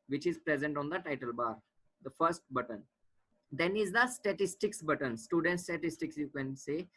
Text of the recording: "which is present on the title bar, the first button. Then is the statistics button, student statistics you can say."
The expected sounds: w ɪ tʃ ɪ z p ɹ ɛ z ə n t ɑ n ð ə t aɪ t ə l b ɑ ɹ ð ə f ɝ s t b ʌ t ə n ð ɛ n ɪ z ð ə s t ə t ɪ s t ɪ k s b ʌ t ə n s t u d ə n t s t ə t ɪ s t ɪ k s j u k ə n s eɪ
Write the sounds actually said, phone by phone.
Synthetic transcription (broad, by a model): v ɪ tʃ ɪ z p ɹ ɛ z ə n t ɑ n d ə t aɪ t ə l b ɑ ɹ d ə f ɝ s t b ʌ t ə n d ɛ n ɪ z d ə s t ə t ɪ s t ɪ k s b ʌ t ə n s t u d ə n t s t ə t ɪ s t ɪ k s j u k ə n s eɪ